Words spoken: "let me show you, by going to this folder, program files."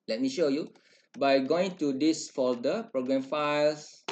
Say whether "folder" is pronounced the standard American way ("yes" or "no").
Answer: no